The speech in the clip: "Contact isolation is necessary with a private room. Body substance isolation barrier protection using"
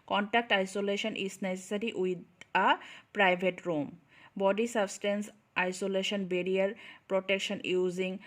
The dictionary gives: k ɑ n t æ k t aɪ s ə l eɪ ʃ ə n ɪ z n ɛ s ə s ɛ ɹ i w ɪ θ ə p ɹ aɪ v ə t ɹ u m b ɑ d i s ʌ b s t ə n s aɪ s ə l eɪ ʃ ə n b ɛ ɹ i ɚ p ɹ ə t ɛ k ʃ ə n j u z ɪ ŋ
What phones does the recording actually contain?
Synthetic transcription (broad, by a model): k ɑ n t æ k t aɪ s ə l eɪ ʃ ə n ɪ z n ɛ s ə s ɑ ɹ i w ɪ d ə p ɹ aɪ b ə t ɹ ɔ m b ɑ d i s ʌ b s t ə n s aɪ s ə l eɪ ʃ ə n b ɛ ɹ i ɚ p ɹ ə t ɛ k ʃ ə n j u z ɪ ŋ